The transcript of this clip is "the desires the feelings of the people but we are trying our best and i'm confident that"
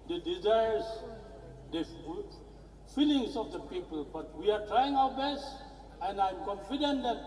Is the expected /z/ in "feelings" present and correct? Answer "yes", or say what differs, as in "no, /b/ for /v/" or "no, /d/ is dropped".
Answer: no, /s/ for /z/